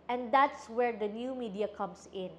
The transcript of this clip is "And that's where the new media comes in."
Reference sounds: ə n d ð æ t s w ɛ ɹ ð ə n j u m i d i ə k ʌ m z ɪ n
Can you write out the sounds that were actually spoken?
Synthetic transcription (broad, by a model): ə n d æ t s w ɛ ɹ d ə n j u m i d i ə k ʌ m s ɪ n